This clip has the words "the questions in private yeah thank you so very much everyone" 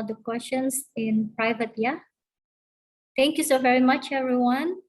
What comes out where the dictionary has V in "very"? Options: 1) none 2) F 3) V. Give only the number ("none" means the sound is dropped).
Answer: 3